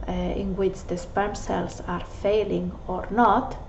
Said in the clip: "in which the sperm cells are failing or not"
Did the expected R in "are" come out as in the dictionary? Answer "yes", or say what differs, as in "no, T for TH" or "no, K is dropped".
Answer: yes